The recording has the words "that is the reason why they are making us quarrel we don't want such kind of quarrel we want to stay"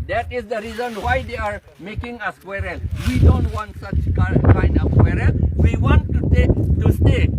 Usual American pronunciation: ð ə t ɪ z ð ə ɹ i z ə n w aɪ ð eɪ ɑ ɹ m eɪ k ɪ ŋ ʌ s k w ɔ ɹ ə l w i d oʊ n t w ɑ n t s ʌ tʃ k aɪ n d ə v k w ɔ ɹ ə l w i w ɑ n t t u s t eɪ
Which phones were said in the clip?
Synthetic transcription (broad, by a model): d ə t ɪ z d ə ɹ i z ə n w aɪ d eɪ ɑ ɹ m eɪ k ɪ ŋ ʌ s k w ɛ ɹ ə n w i d oʊ n t w ɑ n t s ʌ tʃ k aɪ n ə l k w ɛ ɹ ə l w i w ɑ n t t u s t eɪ